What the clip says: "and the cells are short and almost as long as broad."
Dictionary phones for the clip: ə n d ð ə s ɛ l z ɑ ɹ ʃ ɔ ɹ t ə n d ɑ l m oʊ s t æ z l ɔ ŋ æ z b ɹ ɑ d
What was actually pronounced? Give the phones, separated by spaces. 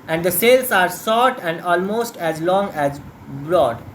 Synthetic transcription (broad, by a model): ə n d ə s ɛ l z ɑ ɹ s ɔ t ə n d ɑ l m oʊ s t æ z l ɔ ŋ æ z b ɹ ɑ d